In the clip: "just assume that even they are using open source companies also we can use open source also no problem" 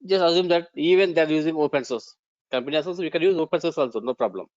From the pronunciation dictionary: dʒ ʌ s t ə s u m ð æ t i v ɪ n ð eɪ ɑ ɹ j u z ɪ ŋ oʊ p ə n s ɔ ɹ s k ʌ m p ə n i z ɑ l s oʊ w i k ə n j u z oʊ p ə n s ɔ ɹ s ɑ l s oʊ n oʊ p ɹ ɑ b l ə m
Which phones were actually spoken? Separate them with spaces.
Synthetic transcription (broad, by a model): dʒ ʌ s t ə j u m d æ t i v ɪ n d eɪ ɑ ɹ j u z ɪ ŋ oʊ p ə n s ɔ ɹ s k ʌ m p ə n i ɑ s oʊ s i k ə n j u z oʊ p ə n s ɔ ɹ s ɑ l s oʊ n oʊ p ɹ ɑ b l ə m